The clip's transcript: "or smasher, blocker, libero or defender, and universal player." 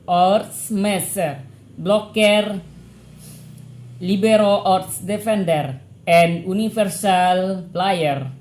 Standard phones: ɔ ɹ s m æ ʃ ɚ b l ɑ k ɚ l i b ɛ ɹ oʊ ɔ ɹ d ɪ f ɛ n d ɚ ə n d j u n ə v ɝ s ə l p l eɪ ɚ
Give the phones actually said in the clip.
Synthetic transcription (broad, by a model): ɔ ɹ s m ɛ s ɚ b l ɑ k ɚ l i b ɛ ɹ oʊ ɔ ɹ d ɪ f ɛ n d ɚ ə n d u n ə f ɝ s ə l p l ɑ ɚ